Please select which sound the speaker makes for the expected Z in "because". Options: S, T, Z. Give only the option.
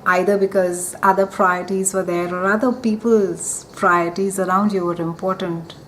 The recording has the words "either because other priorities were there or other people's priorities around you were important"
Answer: Z